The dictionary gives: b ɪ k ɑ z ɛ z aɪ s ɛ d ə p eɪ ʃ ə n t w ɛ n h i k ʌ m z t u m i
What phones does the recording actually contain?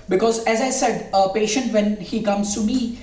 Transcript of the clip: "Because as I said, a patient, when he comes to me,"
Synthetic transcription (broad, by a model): b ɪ k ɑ z ɛ z aɪ s ɛ d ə p eɪ ʃ ə n t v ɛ n h i k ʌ m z t u m i